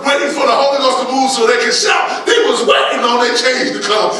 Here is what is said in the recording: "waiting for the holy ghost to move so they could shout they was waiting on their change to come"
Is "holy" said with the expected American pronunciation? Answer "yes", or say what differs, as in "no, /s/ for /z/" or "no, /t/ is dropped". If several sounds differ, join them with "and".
no, /l/ is dropped